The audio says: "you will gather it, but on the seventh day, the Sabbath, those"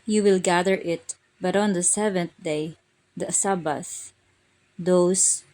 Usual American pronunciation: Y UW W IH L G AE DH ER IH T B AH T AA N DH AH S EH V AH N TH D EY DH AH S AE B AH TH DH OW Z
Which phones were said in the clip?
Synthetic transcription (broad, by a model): Y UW W IH L G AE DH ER IH T B AH T AA N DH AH S EH V AH N TH D EY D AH S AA B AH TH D OW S